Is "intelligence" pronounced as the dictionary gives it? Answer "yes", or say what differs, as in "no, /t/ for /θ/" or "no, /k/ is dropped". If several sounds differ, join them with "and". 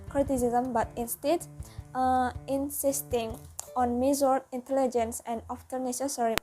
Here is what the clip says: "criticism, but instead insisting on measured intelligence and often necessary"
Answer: yes